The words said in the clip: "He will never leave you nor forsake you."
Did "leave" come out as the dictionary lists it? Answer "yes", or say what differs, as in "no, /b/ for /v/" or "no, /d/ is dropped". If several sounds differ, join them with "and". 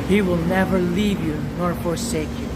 yes